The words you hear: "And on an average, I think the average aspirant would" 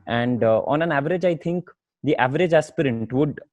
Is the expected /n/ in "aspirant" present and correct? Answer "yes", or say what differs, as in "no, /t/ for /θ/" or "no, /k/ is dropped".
no, /n/ is dropped